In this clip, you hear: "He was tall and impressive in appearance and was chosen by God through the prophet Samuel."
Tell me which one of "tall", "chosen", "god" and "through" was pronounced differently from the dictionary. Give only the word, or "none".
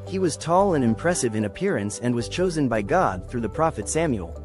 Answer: none